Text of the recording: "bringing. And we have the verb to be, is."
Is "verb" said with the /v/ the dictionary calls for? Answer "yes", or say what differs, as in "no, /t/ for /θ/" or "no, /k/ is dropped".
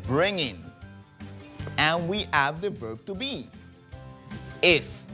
yes